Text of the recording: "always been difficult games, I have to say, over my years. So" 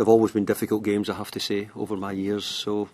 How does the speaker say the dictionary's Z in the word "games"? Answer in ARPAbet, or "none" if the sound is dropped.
Z